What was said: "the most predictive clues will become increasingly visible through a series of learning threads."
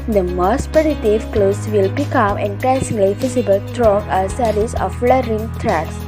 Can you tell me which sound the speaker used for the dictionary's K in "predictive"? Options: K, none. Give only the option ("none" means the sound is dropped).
none